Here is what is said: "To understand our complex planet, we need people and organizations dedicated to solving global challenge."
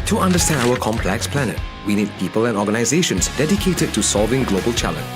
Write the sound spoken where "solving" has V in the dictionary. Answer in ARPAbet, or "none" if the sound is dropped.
V